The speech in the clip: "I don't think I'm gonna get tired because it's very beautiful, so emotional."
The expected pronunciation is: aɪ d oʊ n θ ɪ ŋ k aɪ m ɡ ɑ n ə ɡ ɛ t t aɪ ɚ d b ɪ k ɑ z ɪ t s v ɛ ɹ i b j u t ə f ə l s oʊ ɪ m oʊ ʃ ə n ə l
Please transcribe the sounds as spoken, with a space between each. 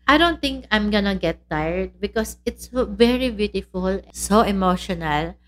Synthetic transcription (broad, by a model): aɪ d oʊ n t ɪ ŋ k aɪ m ɡ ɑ n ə ɡ ɛ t t aɪ ɚ d b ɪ k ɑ s ɪ t s v ɛ ɹ i b j u t ə f ə l s oʊ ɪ m oʊ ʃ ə n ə l